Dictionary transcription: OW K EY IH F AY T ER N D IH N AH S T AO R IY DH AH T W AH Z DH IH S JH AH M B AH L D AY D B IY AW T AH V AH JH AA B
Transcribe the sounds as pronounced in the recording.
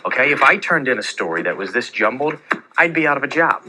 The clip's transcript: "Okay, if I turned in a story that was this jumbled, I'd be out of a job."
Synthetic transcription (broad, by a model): OW K EY IH F AY T ER N D IH N AH S T AO R IY DH AH T W AH Z DH IH S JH AH M B L D AY D B IY AW T AH V AH JH AA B